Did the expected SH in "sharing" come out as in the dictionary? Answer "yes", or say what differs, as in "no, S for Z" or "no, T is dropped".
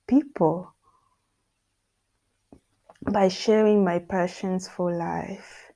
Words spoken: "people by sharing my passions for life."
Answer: yes